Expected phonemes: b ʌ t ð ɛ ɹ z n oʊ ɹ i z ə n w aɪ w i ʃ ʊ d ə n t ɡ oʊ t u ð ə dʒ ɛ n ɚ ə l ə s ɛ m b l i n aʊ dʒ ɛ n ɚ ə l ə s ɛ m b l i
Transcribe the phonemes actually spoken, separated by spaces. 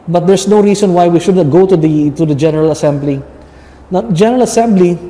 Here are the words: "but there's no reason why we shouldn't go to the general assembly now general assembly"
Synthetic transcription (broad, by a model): b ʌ t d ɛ ɹ s n oʊ ɹ i s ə n w aɪ w i ʃ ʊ d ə t ɡ oʊ t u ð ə dʒ ɛ n ɚ ə l ə s ɛ m b l i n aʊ dʒ ɛ n ɚ ə l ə s ɛ m b l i